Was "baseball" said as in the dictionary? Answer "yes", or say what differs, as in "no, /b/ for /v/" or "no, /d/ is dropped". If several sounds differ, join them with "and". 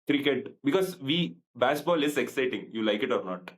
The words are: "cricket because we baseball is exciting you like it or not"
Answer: no, /ʃ/ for /s/